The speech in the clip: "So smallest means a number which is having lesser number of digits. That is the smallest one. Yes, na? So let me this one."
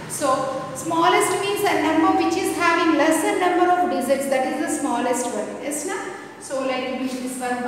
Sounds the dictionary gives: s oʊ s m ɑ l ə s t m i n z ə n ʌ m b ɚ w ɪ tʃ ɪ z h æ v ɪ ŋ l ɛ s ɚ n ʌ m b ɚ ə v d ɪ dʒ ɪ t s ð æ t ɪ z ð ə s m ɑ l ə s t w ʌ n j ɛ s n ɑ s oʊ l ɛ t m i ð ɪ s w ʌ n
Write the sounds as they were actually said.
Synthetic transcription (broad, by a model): s oʊ s m ɑ l ə s t m i n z ə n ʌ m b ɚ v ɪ tʃ ɪ z h æ v ɪ ŋ l ɛ s ɚ n ʌ m b ɚ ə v d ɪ z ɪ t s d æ t ɪ z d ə s m ɑ l ə s t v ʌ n j ɛ s n ɑ s oʊ l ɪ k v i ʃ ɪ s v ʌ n